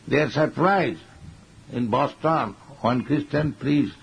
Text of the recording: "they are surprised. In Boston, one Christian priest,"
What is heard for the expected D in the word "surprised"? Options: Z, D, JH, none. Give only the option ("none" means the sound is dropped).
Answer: none